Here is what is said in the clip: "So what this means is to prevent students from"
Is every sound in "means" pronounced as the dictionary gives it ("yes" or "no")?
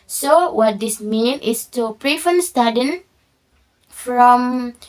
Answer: no